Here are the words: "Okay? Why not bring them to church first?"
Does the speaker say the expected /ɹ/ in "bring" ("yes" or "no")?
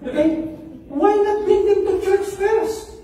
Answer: no